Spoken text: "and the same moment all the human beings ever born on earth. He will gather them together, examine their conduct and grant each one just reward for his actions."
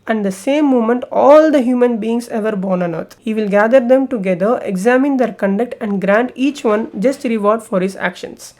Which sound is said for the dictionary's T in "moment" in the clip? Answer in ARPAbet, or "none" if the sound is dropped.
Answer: T